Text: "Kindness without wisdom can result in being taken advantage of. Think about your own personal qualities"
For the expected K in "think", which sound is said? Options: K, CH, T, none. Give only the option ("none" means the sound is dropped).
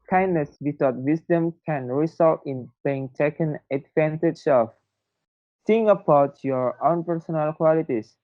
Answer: none